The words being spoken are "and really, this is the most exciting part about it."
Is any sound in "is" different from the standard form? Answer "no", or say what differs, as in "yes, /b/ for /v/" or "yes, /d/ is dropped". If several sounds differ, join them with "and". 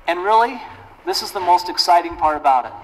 no